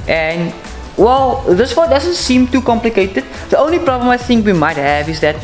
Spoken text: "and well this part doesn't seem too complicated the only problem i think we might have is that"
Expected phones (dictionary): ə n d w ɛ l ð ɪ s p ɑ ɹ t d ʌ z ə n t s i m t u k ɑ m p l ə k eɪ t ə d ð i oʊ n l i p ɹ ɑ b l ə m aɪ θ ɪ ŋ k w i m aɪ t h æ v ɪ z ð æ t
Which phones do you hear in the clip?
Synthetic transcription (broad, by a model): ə n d w ɛ l ð ɪ s f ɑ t d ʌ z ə n t s i m t u k ɑ m p l ə k eɪ t ə d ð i oʊ n l i p ɹ ɑ b l ə m aɪ θ ɪ ŋ k w i m aɪ t h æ v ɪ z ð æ t